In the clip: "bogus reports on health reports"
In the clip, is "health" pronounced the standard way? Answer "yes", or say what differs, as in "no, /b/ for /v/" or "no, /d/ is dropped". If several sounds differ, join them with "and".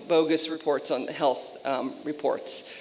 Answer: yes